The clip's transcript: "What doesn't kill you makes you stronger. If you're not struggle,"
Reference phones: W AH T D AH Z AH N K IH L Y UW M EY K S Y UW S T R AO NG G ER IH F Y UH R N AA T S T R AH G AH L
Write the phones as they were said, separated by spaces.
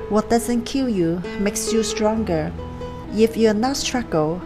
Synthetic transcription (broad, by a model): W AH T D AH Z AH N K IH L Y UW M EY K S Y UW S T R AO NG G ER IH F Y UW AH N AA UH S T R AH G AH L